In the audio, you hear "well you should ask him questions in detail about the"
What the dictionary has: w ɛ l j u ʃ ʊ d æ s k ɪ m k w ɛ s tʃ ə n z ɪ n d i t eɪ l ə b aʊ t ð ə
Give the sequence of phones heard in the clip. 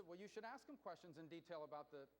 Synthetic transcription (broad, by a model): w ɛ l j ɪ ʃ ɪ d æ s k ɪ m k w ɛ s tʃ ə n z ɪ n d i t eɪ l ə b aʊ t ð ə